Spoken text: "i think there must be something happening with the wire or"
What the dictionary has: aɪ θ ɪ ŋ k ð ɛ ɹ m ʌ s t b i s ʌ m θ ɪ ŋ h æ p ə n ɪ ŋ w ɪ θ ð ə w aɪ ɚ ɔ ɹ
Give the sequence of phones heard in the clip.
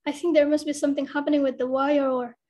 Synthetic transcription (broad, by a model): aɪ θ ɪ ŋ k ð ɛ ɹ m ʌ s t b i s ʌ m θ ɪ ŋ h æ p ə n ɪ ŋ w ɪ ð ə w aɪ ɚ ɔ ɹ